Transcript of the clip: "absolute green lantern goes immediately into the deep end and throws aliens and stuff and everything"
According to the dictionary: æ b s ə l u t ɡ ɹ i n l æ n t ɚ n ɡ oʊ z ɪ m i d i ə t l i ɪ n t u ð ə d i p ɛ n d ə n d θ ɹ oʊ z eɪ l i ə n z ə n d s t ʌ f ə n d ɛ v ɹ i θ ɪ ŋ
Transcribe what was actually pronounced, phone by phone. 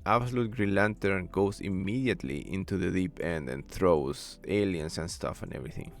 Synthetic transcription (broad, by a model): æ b s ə l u t ɡ ɹ i n l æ n t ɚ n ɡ oʊ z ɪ m i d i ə t l i ɪ n t u ð ə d i p ɛ n d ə n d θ ɹ oʊ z eɪ l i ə n s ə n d s t ʌ f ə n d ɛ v ɹ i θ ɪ ŋ